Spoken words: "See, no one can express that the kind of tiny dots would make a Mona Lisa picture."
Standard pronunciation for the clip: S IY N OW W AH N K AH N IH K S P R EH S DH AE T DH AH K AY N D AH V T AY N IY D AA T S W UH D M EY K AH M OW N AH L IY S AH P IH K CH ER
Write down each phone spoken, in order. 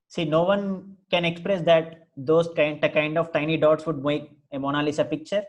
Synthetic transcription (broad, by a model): S IY N OW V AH N K AH N IH K S P R EH S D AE T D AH K AY N D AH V T AY N IY D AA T S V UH D M EY K AH M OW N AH L IY S AH P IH K CH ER